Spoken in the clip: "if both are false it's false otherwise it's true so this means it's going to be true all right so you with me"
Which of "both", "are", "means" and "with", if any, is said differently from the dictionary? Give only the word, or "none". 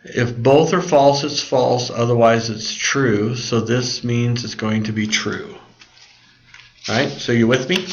none